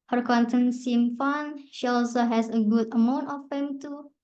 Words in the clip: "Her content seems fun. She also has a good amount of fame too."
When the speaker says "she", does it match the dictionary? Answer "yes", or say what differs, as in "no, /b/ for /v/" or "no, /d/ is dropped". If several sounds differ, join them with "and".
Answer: yes